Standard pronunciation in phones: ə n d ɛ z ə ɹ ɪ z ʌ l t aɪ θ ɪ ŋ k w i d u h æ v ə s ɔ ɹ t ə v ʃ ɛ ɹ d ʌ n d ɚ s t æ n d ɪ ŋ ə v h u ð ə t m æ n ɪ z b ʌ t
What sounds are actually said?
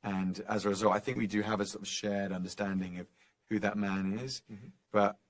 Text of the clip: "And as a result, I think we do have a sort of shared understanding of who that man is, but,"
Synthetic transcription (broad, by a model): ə n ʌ z ə ɹ ɪ z ʌ l t aɪ θ ɪ ŋ k w i d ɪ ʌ v ə s ɔ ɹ t ə v ʃ ɛ ɹ d ʌ n d ɚ s t æ n d ɪ ŋ ə v h u ð ə t m æ n ɪ z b ʌ t